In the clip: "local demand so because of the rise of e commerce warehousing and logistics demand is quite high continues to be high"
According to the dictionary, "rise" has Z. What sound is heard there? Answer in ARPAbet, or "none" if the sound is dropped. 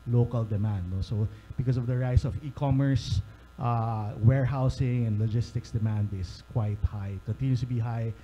S